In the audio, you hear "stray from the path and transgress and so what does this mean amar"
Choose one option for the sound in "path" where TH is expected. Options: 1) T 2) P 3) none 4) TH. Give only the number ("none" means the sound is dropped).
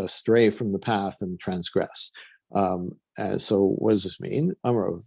4